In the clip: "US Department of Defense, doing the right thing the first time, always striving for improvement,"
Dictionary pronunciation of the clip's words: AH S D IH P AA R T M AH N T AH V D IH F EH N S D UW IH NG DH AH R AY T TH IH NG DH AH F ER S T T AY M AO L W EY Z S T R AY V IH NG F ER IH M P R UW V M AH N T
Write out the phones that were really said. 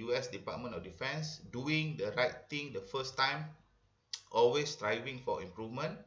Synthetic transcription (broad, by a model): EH S D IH P AA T M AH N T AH F D IH F EH N S D UW IH NG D AH R AY T T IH NG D AH F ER S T T AY M AO L W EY S T R AY V IH NG F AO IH M P R UW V M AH N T